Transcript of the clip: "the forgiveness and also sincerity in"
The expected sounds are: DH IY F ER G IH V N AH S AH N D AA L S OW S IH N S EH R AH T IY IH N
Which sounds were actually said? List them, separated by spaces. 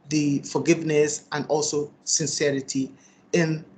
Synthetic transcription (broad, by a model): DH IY F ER G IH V N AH S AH N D AA L S OW S IH N S EH R AH T IY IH N